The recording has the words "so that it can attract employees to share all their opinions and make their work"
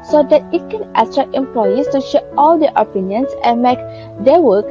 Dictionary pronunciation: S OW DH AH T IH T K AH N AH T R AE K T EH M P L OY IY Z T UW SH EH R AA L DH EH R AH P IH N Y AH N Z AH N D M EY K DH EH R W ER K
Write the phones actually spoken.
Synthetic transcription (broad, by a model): S OW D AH T IH T K AH N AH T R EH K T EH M P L OY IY S T UW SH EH AA L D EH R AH P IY N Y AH N S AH N M EY K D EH W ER K